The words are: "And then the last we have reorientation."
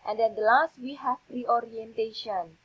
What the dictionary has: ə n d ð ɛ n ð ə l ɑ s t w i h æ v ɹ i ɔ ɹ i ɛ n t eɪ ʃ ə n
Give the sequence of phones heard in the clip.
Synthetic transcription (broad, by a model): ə n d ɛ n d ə l ɑ s t w i h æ p ɹ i ɔ ɹ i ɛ n t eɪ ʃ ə n